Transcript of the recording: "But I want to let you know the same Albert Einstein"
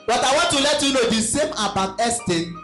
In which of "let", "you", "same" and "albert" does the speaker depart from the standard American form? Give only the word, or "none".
albert